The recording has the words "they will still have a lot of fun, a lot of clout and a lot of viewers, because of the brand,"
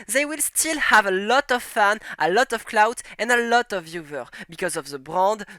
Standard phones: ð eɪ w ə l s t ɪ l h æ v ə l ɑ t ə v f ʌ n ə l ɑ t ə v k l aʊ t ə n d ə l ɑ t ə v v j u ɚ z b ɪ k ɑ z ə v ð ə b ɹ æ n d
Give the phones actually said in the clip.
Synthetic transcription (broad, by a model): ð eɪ w ə l s t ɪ l h æ v ə l ɑ t ə v f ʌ n ə l ɑ t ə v k l aʊ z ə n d ə l ɑ t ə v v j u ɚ b ɪ k ɑ z ə v ð ə b ɹ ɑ n d